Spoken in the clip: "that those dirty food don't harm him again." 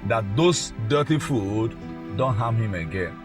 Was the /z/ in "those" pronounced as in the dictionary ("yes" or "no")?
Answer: no